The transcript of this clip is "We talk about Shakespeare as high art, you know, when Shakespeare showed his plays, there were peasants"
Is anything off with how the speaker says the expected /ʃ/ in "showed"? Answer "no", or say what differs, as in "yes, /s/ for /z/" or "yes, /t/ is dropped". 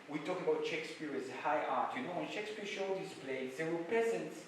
no